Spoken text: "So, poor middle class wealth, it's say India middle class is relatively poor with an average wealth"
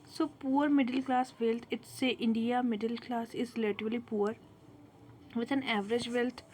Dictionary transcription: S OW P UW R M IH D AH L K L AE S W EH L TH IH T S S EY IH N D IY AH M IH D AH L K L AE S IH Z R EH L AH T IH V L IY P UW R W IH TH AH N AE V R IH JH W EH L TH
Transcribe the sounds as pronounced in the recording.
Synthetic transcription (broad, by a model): S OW P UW R M IH D AH L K L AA S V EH L T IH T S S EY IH N D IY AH M IH D AH L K L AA S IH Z L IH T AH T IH L IY P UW R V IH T AH N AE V R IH JH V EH L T